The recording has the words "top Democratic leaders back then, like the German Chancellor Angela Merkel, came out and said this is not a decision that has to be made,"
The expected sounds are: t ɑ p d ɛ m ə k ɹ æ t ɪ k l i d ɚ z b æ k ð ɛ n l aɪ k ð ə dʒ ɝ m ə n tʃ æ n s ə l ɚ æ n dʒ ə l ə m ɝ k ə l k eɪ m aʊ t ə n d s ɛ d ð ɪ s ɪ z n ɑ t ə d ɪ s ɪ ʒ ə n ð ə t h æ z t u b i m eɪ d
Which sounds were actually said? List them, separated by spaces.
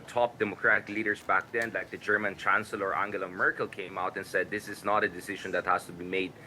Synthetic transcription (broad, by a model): t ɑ p d ɛ m ə k ɹ æ t ɪ k l i d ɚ s b æ k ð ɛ n l aɪ k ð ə dʒ ɝ m ə n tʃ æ n s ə l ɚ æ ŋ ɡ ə l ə m ɝ k ə l k eɪ m aʊ t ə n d s ɛ d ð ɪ s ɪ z n ɑ t ə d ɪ s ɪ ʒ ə n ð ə t h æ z t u b i m eɪ d